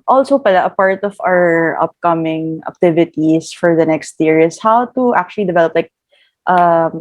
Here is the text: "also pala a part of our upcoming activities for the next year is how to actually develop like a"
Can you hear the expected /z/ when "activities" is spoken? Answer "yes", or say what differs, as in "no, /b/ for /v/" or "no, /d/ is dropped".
no, /s/ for /z/